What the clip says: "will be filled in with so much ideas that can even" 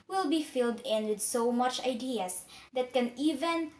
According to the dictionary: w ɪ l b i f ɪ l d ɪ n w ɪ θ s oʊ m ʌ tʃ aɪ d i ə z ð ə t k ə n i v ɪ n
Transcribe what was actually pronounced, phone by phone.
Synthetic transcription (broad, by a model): w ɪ l b i f ɪ l d ɪ n w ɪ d s oʊ m ʌ tʃ aɪ d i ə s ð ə t k ə n i v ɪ n